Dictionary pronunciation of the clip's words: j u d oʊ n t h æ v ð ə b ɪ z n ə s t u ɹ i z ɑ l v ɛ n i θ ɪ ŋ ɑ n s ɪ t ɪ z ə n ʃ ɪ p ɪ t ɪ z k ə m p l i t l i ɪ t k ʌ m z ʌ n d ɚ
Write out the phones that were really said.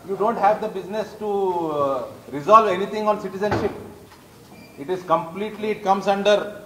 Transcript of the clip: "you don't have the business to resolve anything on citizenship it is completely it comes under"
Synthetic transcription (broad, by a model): j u d oʊ n t h æ v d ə b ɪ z n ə s t u ɹ i z ɑ l v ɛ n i t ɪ ŋ ɑ n s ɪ t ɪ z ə n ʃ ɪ p ɪ t ɪ z k ə m p l i t l i ɪ t k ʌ m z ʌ n d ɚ